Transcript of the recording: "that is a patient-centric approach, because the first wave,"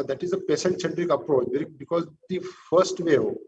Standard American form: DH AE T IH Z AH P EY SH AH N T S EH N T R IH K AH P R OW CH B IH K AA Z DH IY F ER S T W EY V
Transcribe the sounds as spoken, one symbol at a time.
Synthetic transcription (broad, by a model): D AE T IH Z AH P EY S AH N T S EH N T R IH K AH P R OW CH B IH K AA Z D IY F ER S T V EY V